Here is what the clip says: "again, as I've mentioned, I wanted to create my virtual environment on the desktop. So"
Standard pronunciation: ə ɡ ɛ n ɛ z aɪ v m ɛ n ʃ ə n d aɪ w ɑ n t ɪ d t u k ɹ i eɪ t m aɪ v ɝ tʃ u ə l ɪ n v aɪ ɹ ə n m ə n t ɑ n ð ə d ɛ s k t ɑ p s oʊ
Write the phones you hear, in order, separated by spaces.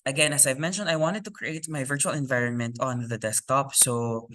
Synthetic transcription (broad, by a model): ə ɡ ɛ n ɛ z aɪ v m ɛ n ʃ ə n d aɪ w ɑ n t ɪ d t u k ɹ i eɪ t m aɪ v ɝ tʃ u ə l ɪ n v aɪ ɹ ə n m ə n t ɑ n ð ə d ɛ s k t ɑ p s oʊ